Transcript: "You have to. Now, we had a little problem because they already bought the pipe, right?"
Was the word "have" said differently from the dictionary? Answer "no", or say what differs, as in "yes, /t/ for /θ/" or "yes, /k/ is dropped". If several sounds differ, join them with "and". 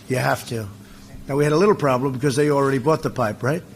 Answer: yes, /f/ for /v/